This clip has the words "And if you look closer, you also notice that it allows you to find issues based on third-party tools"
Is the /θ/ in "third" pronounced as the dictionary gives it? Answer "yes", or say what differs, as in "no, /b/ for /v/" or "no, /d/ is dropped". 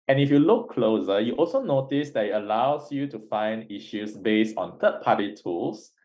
no, /t/ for /θ/